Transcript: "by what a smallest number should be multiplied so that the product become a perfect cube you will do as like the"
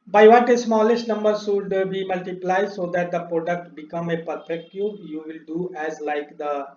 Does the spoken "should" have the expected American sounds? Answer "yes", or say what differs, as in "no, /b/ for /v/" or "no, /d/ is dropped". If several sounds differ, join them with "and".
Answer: no, /s/ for /ʃ/